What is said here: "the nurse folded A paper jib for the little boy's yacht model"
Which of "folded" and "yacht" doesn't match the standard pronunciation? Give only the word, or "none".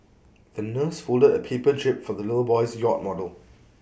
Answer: none